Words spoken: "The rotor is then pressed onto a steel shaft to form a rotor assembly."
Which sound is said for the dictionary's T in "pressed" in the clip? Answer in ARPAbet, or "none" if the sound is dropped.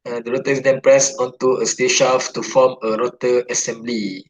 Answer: none